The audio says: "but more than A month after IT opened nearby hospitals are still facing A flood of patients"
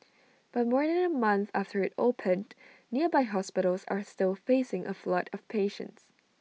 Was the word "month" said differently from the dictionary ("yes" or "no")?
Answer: no